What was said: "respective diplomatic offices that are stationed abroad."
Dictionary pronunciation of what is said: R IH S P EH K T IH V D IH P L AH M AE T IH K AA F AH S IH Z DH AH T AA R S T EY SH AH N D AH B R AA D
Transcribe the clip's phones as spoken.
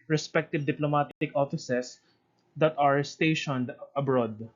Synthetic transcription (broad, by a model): R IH S P EH K T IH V D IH P L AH M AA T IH K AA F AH S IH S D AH T AA R S T EY SH AH N D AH B R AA D